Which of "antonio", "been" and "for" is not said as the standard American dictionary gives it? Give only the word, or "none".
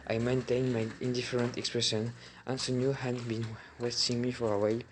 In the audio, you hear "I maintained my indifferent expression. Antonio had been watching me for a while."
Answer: antonio